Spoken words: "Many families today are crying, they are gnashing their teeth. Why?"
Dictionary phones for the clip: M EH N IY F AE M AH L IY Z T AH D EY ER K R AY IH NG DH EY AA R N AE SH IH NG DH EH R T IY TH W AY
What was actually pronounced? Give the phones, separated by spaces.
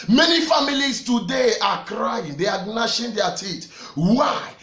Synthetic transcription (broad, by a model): M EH N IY F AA M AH L IY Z T AH D EY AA K R AY IH NG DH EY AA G N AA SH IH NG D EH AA T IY T W AY